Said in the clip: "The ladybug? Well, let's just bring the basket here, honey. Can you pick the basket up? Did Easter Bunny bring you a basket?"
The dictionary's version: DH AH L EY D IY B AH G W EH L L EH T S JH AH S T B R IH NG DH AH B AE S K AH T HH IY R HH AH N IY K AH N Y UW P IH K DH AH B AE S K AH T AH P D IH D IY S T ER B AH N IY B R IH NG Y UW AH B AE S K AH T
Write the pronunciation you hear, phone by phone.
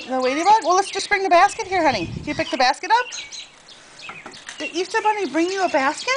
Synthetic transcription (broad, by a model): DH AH W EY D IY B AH W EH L L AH T S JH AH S B R IH NG DH AH B AE S K AH T HH IY R HH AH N IY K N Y P IH K DH AH B AE S K AH T AH P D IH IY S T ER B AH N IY B R IH NG Y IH AH B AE S K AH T